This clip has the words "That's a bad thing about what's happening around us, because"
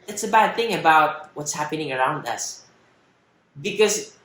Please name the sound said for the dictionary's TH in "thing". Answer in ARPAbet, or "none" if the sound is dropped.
TH